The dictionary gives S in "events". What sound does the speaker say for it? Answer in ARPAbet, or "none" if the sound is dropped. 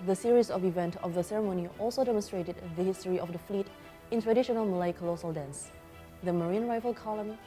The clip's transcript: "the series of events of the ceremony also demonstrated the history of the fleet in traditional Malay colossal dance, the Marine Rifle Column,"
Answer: none